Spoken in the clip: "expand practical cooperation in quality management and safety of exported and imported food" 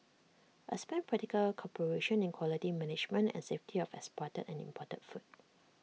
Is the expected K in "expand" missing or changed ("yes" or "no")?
yes